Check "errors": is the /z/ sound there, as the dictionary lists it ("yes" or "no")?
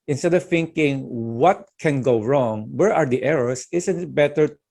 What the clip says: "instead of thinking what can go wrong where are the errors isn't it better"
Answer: no